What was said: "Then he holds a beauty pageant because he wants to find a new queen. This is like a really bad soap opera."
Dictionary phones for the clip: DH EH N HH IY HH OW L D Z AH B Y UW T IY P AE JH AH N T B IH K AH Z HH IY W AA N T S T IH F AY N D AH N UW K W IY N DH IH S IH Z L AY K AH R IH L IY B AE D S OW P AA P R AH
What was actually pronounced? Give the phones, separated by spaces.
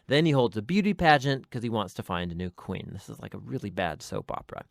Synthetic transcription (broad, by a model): DH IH N IY HH OW L D Z AH B Y UW T IY P AE JH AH N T K AH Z IY W AA N T S T IH F AY N D AH N UW K W IY N DH IH S IH Z L AY K AH R IH L IY B AE D S OW P AA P R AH